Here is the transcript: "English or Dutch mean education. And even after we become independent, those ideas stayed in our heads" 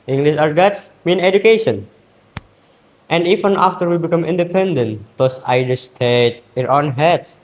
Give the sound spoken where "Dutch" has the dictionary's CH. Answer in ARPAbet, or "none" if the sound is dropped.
S